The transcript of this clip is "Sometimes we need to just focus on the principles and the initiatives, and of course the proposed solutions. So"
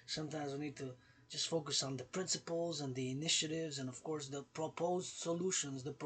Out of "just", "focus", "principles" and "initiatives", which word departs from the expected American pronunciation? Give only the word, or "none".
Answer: none